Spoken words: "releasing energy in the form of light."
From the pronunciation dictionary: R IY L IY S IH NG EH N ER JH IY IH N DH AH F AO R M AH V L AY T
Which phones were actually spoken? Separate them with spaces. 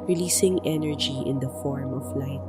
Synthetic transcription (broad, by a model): R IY L IY S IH NG EH N ER JH IY IH N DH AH F AO R M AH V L AY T